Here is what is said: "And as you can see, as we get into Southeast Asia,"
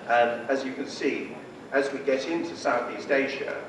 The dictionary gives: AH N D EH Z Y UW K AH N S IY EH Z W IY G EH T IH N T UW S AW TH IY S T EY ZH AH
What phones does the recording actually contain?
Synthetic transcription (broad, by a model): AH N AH Z Y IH K AH N S IY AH Z W IY G EH T IH N T UW S AW TH IY S T EY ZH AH